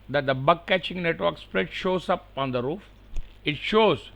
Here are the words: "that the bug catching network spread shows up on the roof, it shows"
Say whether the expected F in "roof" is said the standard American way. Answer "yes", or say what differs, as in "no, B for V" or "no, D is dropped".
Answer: yes